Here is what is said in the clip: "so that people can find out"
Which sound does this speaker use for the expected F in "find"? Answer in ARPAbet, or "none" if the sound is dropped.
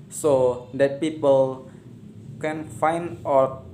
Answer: F